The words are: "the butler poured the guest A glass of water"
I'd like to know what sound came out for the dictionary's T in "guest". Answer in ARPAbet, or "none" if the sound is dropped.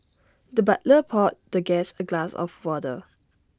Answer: none